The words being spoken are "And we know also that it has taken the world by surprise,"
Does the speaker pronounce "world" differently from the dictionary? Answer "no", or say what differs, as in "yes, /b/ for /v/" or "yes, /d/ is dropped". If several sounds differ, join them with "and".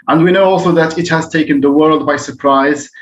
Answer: no